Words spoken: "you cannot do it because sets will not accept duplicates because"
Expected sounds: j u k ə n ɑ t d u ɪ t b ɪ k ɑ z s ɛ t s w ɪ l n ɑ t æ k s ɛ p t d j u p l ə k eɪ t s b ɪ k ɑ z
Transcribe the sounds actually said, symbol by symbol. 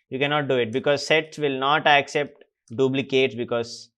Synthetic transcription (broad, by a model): j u k ə n ɑ t d u ɪ t b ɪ k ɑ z s ɛ t s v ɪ l n ɑ t æ k s ɛ p t d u b l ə k eɪ t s b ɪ k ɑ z